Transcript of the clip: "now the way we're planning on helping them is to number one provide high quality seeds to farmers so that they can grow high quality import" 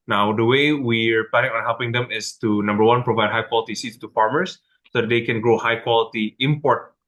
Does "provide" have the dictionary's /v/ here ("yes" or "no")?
yes